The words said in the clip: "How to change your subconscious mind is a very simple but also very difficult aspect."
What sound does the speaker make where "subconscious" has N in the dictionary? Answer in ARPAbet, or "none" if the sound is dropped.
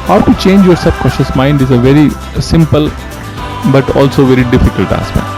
none